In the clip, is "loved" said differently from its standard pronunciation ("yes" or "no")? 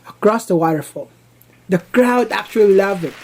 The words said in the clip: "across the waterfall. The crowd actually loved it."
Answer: yes